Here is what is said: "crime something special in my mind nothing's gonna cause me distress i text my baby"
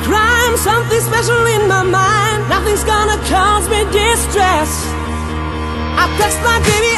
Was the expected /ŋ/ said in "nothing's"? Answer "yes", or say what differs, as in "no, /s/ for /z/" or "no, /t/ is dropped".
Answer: yes